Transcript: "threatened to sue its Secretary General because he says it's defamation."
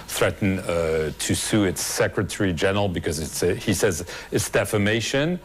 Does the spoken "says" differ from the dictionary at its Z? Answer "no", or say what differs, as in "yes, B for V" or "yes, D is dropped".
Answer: no